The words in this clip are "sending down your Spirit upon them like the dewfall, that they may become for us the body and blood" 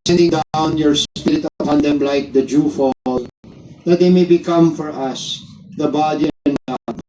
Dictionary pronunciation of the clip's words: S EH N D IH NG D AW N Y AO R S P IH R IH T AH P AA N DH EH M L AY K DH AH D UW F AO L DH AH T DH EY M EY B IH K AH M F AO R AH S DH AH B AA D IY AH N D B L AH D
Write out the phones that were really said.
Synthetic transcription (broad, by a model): S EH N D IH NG D AW N Y AO R S P IH R IH T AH AA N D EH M L AY K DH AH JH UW F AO L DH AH T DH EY M EY B IH K AH M F AO R AH S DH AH B AA D IY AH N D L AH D